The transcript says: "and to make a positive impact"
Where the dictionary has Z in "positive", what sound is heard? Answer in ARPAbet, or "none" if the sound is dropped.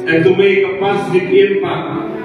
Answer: S